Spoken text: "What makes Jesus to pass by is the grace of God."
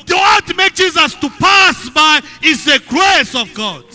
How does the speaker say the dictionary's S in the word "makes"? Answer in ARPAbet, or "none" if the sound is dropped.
none